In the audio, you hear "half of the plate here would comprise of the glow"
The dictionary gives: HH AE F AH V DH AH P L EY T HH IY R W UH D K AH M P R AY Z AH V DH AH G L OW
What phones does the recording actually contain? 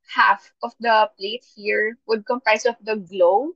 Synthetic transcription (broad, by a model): HH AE F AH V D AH P L EY T HH IY R W UH D K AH M P R AY S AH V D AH G L OW